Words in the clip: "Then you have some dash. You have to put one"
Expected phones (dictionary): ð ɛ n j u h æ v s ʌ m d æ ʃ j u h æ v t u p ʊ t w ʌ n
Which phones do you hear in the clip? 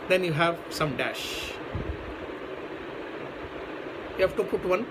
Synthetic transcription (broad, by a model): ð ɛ n j u h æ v s ʌ m d æ ʃ j u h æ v t u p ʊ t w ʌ n